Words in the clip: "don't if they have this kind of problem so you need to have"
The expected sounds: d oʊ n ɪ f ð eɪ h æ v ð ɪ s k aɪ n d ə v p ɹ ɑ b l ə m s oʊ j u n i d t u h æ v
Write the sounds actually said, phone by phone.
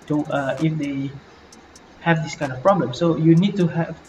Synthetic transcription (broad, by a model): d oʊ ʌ ɪ f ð eɪ h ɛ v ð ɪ s k aɪ n d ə f p ɹ ɑ b l ə m s oʊ j u n i d t u h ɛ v